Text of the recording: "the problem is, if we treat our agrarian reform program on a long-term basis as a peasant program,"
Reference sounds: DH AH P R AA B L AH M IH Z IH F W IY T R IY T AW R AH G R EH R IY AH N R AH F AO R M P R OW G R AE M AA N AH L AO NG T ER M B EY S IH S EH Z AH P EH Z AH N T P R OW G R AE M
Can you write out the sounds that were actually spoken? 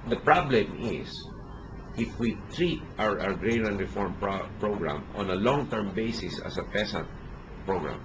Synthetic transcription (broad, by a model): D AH P R AA B L AH M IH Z IH F W IY T R IY T AW R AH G R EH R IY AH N R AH F AO R M P R OW G R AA M AA N AH L AO NG T ER M B EY S IH S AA S AH P EH S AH N T P R OW G R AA M